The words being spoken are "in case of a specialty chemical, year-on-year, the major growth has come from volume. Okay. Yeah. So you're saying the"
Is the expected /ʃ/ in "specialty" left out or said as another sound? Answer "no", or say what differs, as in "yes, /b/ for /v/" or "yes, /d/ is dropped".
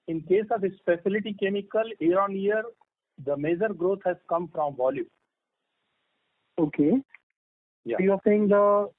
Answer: yes, /s/ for /ʃ/